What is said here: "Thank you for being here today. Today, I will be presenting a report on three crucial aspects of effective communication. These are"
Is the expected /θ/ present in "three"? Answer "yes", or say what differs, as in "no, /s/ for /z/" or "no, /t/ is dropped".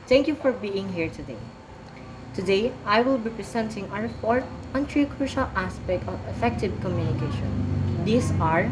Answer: no, /t/ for /θ/